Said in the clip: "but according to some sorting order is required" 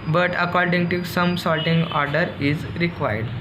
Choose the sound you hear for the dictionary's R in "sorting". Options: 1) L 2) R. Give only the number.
1